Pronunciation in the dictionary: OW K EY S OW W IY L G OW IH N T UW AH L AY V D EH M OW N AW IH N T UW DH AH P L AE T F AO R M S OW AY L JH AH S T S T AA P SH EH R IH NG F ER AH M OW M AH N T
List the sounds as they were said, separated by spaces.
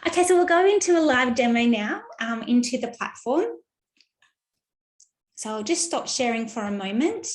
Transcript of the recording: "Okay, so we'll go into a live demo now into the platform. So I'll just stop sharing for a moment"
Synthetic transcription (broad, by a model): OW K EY S OW W IY L G OW IH N T UW AH L AY V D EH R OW N AW IH N T UW DH AH P L AE T F AO R M S OW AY L JH AH S T S T AA P SH EH R IH NG F ER AH M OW M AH N T